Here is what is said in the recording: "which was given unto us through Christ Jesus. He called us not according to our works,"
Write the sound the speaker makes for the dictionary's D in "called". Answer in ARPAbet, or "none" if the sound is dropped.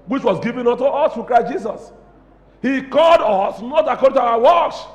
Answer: D